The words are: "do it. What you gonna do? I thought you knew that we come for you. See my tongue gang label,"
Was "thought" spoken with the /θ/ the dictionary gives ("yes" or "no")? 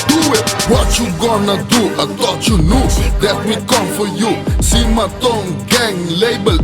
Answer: no